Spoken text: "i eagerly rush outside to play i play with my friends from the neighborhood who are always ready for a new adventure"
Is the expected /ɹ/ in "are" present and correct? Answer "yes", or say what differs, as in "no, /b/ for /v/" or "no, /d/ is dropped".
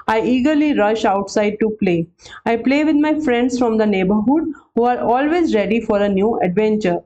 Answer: yes